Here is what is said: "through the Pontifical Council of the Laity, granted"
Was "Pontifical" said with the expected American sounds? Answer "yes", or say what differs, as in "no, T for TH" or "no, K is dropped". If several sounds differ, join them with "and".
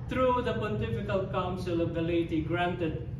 no, N is dropped